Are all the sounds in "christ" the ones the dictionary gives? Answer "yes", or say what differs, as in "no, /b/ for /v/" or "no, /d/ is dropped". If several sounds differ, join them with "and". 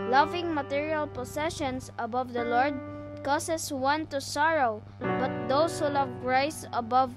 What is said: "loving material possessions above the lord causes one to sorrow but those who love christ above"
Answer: no, /t/ is dropped